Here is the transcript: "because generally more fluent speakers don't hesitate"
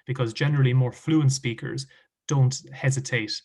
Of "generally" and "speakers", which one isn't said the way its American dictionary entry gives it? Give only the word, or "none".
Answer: none